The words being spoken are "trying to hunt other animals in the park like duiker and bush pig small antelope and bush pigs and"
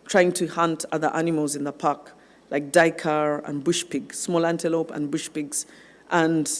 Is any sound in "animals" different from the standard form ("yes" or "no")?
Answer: no